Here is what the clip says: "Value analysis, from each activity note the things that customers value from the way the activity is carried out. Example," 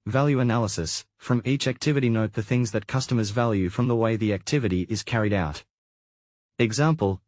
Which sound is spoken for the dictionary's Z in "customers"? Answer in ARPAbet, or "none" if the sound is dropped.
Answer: Z